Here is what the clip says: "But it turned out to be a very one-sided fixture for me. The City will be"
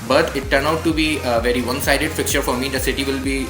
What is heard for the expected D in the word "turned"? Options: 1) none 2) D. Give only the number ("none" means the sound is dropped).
1